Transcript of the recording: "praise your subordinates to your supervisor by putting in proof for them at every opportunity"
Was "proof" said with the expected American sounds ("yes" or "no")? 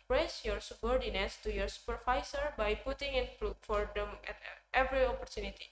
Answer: no